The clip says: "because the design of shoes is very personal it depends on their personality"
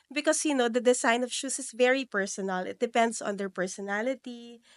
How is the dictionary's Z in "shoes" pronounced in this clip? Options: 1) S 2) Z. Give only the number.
1